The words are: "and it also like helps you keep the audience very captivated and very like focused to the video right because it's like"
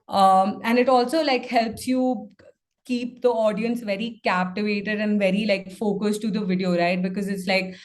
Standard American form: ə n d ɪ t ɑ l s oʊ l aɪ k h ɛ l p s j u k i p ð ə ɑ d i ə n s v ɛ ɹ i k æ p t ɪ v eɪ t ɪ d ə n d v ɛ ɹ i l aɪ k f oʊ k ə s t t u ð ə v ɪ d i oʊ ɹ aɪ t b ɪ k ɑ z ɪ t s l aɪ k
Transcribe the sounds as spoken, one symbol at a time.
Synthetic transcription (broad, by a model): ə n d ɪ t ɑ l s oʊ l aɪ k h ɛ l p s j u k i p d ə ɑ d i ə n s v ɛ ɹ i k æ p t ɪ v eɪ t ɪ d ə n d v ɛ ɹ i l aɪ k f oʊ k ə s t t u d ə v ɪ d i oʊ ɹ aɪ t b ɪ k ɑ z ɪ t s l aɪ k